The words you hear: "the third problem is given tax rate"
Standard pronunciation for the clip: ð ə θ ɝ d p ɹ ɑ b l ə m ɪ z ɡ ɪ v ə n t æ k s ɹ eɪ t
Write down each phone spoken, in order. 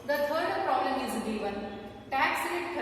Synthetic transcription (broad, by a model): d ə t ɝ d p ɹ ɑ b l ə m ɪ z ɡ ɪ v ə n t æ k s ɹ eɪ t